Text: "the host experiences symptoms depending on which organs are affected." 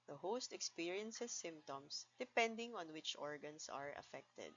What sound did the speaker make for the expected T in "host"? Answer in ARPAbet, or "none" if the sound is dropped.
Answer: T